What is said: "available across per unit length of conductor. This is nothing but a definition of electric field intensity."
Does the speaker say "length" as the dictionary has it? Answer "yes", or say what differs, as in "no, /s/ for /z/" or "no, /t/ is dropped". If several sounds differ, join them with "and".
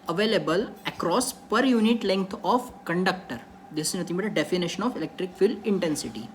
no, /t/ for /θ/